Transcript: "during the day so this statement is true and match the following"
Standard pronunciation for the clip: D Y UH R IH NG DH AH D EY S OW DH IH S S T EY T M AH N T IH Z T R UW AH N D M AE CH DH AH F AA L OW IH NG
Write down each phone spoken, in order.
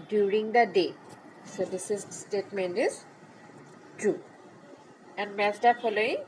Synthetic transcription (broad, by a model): D Y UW R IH NG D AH D EY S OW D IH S S T EY T M AH N T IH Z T UW AH N D M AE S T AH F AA L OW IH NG